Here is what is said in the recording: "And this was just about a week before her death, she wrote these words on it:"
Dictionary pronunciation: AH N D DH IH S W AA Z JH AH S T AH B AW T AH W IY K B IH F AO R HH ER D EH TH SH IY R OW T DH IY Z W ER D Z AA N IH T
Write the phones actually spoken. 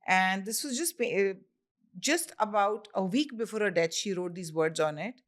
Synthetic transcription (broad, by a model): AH N D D IH S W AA Z JH AH S T AH B AW T AH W IY K B IH F AO R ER D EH T SH IY R OW T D IY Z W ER D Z AA N IH T